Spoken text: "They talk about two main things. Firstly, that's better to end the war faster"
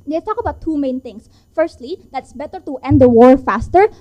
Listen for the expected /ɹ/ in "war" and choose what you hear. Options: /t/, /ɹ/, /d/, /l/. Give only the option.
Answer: /ɹ/